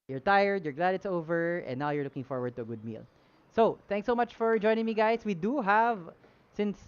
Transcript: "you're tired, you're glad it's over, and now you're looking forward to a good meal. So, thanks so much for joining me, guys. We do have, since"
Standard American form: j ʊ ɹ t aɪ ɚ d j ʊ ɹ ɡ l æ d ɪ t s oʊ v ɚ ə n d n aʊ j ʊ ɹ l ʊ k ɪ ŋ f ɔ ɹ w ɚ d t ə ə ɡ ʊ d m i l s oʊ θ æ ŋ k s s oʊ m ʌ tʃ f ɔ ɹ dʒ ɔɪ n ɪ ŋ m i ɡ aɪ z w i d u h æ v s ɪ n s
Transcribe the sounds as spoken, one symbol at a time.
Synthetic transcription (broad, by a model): j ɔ ɹ t aɪ ɚ d j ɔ ɹ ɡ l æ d ɪ t s oʊ v ɚ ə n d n aʊ j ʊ ɹ l ʊ k ɪ ŋ f ɔ ɹ w ɚ d t ə ə ɡ ʊ d m i l s oʊ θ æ ŋ k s s oʊ m ʌ tʃ f ɔ ɹ dʒ ɔɪ n ɪ ŋ m i ɡ aɪ s w i d u h æ v s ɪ n s